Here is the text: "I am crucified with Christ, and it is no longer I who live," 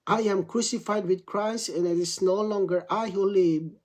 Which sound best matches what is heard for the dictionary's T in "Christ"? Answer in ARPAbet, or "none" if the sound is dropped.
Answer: none